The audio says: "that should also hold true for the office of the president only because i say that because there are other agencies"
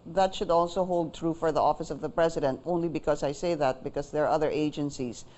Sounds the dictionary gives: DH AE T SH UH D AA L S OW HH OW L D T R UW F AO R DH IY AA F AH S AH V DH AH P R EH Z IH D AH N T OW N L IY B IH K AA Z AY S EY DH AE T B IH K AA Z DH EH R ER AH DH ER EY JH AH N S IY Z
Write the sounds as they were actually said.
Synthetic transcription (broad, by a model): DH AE T SH UH D AA L S OW HH OW L D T R UW F AO R DH IY AA F AH S AH V DH AH P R EH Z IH D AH N T OW N L IY B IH K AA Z AY S EY DH AE T B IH K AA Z DH EH R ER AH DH ER EY JH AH N S IY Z